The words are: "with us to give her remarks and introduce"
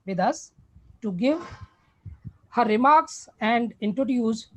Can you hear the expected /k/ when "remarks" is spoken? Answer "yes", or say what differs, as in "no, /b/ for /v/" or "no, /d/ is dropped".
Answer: yes